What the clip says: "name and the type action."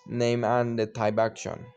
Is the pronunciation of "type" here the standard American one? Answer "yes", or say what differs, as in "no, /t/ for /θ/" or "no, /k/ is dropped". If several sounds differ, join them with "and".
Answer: no, /b/ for /p/